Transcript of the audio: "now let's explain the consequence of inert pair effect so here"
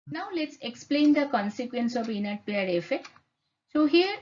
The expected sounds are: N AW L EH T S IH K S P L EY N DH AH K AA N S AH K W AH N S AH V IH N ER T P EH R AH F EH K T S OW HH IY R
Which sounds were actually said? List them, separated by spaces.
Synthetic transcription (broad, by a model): N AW L EH T S IH K S P L EY N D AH K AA N S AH K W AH N S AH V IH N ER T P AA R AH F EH S OW HH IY R